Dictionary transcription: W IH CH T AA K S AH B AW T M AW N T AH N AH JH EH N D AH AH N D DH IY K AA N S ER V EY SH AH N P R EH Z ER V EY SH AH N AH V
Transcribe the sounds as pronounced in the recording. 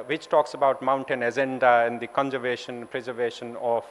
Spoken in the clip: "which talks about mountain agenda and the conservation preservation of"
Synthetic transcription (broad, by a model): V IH CH T AA K S AH B AW T M AW N T AH N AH Z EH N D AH AH N D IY K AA N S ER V EY SH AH N P R EH Z ER V EY SH AH N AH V